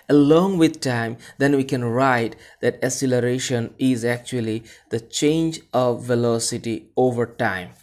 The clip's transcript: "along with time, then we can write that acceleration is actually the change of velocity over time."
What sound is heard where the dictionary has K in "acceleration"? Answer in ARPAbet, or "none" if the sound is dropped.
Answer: none